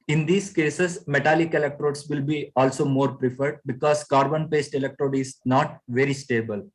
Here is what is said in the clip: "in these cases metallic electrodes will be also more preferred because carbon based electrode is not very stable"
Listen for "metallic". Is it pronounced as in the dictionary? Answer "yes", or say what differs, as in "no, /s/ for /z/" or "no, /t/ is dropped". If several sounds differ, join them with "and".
yes